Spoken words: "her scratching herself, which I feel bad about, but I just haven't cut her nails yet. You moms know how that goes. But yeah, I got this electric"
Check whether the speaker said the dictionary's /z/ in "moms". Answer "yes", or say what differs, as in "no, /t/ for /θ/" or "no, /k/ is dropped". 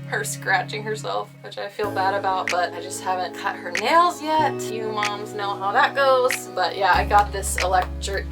yes